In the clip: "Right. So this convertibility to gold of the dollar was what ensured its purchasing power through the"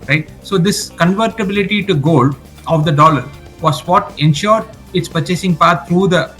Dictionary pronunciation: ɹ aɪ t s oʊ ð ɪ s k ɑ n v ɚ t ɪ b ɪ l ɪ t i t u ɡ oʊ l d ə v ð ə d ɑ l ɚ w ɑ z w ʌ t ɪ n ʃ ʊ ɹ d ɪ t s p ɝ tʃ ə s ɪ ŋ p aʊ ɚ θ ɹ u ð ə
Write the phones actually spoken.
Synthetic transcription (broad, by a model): ɹ aɪ t s oʊ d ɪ s k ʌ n v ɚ t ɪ b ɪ l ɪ t i t u ɡ oʊ l d ə v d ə d ɑ l ɚ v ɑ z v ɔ t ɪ n ʃ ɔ ɹ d ɪ t s p ɝ tʃ ə s ɪ ŋ p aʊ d t ɹ u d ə